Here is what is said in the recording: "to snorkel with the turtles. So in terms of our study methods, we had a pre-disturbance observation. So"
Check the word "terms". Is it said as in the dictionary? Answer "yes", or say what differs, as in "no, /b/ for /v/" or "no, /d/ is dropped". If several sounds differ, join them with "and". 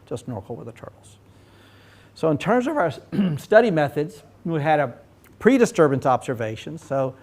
yes